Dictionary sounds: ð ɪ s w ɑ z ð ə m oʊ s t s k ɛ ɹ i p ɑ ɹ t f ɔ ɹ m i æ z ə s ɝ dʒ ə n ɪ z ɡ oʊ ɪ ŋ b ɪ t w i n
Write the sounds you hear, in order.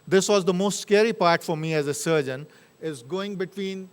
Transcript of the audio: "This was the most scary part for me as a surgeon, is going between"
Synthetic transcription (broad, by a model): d ɪ s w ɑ z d ə m oʊ s t s k ɛ ɹ i p ɑ ɹ t f ɔ ɹ m i æ z ə s ɝ dʒ ə n ɪ z ɡ oʊ ɪ ŋ b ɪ t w i n